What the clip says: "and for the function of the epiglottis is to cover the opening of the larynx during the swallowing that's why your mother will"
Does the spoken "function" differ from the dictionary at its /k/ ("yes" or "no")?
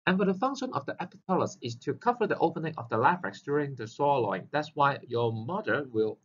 no